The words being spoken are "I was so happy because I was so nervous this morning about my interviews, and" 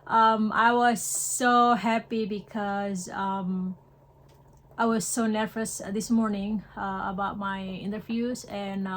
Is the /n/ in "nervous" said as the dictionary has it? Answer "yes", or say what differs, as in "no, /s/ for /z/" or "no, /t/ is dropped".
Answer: yes